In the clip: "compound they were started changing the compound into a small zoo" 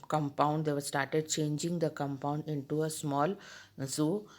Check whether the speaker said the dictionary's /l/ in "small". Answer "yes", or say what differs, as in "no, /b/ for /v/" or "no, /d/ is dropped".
yes